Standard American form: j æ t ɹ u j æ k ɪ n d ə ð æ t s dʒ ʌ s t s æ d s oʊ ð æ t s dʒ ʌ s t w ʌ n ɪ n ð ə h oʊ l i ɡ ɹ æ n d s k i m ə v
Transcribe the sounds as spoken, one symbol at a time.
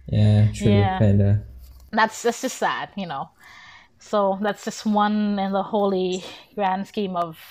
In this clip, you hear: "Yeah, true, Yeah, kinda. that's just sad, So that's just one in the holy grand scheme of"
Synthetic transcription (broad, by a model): j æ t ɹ j æ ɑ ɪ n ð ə ð æ t s dʒ ʌ s t s æ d s oʊ ð æ t s dʒ ʌ s t w ʌ n ɪ n ð ə h oʊ l i ɡ ɹ æ n d s k i m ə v